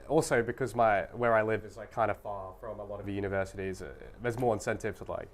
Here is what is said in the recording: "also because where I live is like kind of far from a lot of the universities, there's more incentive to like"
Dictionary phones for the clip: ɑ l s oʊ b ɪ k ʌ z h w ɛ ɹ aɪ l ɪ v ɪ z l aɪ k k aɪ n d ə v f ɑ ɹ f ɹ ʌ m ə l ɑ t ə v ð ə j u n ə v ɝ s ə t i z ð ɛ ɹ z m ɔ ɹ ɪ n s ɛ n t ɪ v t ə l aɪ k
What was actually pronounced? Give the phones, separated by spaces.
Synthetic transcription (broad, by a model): ɑ l s oʊ b ɪ k ʌ z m w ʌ ɹ aɪ l ɪ v ɪ z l aɪ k k aɪ n d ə f ɑ ɹ f ɹ ʌ m ə l ɑ t ə v j u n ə v ɝ s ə t i z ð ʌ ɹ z m ɔ ɹ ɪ n s ɛ n t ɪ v s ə l aɪ k